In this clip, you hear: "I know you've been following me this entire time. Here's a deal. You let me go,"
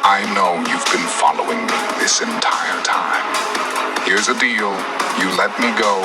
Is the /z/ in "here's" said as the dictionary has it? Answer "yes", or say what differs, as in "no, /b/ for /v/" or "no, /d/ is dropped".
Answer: yes